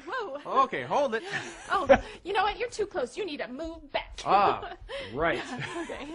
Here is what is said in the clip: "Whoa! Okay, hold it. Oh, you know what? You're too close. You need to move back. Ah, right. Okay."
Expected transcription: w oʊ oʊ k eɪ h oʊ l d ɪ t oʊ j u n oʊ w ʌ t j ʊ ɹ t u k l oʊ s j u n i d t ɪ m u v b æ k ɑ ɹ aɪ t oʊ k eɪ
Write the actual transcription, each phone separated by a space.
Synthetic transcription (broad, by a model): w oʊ oʊ k eɪ h oʊ l d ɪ t oʊ j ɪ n oʊ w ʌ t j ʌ ɹ t u k l oʊ s j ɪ n i d t ɪ m u v b æ k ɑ ɹ aɪ oʊ k eɪ